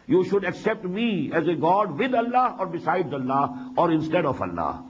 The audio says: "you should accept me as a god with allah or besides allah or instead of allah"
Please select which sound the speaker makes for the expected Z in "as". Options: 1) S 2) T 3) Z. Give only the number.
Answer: 3